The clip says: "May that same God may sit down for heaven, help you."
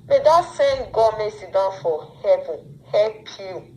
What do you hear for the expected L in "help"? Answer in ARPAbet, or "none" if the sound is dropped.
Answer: none